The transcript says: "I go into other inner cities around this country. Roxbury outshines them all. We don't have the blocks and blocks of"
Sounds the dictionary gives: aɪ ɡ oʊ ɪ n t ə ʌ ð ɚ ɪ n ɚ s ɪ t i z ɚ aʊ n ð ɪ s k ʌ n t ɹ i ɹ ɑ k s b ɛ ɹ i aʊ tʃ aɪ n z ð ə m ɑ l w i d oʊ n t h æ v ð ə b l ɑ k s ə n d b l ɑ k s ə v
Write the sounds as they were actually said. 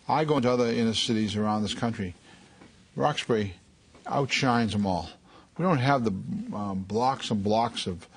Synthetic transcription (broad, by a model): aɪ ɡ oʊ ɪ n t ə ʌ ð ɚ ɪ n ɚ s ɪ t i z ɚ aʊ n ð ɪ s k ʌ n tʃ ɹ i ɹ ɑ k s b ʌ ɹ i aʊ tʃ aɪ n z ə m ɑ l w i d oʊ n t h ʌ v ð ə b l ɑ k s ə n b l ɑ k s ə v